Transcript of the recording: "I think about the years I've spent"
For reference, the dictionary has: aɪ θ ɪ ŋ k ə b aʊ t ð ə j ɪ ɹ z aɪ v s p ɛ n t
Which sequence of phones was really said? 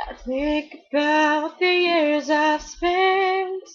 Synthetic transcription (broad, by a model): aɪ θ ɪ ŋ k ə b aʊ t ð ə j ɪ ɹ z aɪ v s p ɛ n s